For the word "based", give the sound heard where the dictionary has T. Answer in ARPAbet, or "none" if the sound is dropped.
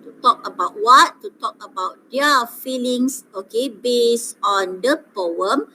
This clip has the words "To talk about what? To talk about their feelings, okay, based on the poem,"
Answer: none